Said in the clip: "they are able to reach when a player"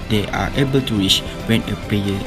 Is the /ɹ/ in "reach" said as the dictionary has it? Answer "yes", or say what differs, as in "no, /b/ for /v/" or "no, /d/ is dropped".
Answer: no, /w/ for /ɹ/